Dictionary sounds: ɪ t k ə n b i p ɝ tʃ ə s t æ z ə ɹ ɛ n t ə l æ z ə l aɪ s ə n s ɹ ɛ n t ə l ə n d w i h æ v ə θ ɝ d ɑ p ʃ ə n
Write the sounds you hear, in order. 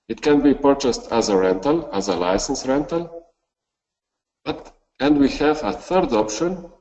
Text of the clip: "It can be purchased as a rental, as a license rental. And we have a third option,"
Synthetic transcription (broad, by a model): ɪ t k ə n b i p ɝ tʃ ə s t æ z ə ɹ ɛ n t ə l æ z ə l aɪ s ə n s ɹ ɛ n t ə l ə n d w i h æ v ə θ ɝ d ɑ p ʃ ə n